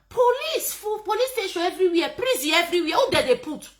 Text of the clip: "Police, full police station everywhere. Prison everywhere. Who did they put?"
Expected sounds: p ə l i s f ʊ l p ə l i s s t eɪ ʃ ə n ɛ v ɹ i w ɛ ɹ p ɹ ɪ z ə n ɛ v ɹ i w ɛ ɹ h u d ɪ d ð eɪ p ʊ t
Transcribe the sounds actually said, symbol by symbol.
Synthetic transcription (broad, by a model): p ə l i s f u p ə l i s s t eɪ ʃ ə n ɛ v ɹ i w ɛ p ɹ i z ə ɛ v ɹ i w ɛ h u d ɪ d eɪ p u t